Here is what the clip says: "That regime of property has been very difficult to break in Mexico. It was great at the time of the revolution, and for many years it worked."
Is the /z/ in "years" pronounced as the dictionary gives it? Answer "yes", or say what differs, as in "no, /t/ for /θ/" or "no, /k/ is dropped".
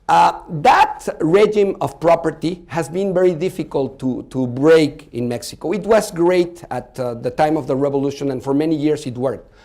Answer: no, /s/ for /z/